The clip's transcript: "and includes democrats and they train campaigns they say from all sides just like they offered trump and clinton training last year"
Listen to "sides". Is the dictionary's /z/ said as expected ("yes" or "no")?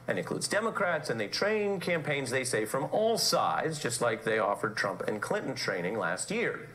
yes